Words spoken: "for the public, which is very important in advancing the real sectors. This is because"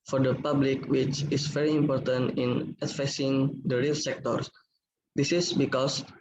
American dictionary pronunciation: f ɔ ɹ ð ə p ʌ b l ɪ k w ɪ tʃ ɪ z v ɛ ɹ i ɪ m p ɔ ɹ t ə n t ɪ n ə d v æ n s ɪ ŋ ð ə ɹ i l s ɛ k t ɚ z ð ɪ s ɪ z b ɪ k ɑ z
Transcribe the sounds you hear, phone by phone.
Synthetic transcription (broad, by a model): f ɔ ɹ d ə p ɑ b l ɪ k w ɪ tʃ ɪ s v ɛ ɹ i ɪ m p ɔ ɹ t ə n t ɪ n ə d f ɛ s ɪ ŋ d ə ɹ i l s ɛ k t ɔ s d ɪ s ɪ s b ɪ k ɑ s